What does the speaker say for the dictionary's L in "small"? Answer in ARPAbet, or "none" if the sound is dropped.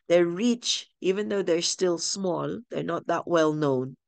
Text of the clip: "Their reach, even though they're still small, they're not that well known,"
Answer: L